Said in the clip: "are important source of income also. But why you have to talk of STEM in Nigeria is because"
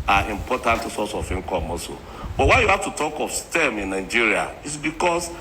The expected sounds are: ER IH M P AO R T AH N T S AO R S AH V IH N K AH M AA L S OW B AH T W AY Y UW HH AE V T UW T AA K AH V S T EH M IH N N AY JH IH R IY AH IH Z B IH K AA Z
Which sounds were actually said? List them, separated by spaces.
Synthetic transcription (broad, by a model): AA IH M P AO T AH N T S AO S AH F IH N K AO M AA S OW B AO T W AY Y UW HH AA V T UW T AA K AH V S T EH M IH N N AY JH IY R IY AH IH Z B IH K AA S